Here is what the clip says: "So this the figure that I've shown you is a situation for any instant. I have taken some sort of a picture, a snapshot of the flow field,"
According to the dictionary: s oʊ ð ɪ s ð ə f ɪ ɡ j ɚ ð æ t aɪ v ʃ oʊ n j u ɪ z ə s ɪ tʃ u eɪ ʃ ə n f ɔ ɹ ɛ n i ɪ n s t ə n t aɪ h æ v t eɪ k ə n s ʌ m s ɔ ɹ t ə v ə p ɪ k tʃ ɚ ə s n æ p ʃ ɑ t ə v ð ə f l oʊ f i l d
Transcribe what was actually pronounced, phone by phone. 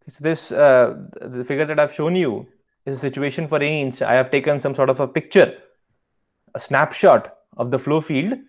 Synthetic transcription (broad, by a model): s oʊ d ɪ s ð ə f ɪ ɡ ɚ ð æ t aɪ v ʃ oʊ n j u ɪ z ə s ɪ tʃ u eɪ ʃ ə n f ɔ ɹ ɛ n i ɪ n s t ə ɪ h æ v t eɪ k ə n s ʌ m s ɔ ɹ t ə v ə p ɪ k tʃ ɚ ə s n æ p ʃ ɑ t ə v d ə f l oʊ f i l d